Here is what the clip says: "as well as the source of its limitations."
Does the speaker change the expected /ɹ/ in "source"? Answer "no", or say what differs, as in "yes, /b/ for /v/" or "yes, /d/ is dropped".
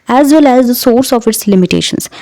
no